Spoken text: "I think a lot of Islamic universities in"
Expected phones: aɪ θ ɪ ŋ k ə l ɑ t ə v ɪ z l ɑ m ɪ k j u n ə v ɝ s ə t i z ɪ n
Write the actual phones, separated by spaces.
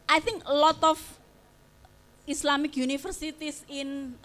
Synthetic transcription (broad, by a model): aɪ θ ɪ ŋ k ə l ɑ t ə f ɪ s l ɑ m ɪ k j u n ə f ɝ s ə t i s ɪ n